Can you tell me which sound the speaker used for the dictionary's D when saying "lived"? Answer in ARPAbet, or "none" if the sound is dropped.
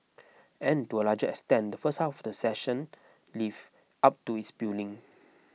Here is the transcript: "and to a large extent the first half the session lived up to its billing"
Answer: none